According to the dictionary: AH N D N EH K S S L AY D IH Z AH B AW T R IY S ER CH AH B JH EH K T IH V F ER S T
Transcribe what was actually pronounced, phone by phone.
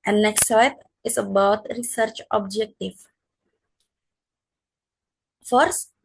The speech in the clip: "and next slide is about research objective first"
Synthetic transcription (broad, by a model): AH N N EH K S S AY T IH S AH B AW T R IY S ER CH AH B JH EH K T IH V F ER S